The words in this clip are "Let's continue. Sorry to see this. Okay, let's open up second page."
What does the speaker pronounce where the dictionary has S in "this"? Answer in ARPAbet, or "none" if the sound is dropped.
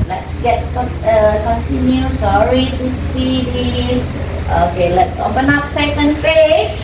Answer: none